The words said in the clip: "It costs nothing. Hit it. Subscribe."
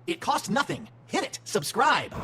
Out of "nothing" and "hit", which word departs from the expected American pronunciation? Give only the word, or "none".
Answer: none